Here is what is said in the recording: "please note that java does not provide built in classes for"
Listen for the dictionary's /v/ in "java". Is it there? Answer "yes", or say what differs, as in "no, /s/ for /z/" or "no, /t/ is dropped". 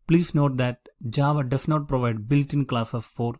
yes